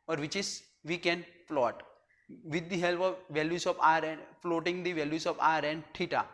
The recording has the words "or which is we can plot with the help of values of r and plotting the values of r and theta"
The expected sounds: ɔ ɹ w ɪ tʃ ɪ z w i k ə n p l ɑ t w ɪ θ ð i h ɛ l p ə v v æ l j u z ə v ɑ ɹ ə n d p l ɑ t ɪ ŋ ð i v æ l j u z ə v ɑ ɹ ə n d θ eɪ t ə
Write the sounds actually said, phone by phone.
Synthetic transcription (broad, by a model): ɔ ɹ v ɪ tʃ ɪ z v i k ə n f l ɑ t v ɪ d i h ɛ l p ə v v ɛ l j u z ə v ɑ ɹ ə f l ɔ t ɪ ŋ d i v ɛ l j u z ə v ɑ ɹ ə n d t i t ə